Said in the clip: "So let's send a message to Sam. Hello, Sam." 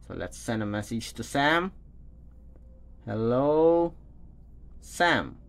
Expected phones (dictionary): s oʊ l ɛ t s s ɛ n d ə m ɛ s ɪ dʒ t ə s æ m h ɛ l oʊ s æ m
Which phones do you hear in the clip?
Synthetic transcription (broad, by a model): s oʊ l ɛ t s s ɛ n d ə m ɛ s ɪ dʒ t ə s æ m h ɛ l oʊ s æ m